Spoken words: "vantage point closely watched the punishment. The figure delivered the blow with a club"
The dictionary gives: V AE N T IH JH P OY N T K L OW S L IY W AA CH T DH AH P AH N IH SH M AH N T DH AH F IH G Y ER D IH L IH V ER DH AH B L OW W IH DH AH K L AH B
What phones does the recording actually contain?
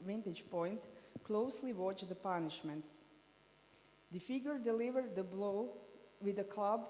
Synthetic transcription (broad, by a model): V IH N T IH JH P OY N T K L OW S L IY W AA CH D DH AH P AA N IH SH M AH N T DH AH F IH G Y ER D IH L IH V ER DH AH B L OW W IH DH AH K L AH B